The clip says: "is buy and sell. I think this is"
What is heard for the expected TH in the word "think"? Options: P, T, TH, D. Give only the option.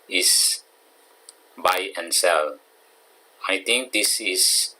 T